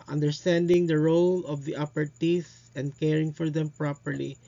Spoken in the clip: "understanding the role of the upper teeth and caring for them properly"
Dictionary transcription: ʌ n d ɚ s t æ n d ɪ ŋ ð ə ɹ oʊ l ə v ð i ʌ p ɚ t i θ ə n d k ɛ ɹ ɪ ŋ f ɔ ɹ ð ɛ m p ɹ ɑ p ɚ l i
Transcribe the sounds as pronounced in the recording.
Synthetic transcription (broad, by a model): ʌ n d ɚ s t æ n d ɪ ŋ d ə ɹ oʊ l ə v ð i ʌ p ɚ t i s ə n d k ɛ ɹ ɪ ŋ f ɔ ɹ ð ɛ m p ɹ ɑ p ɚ l i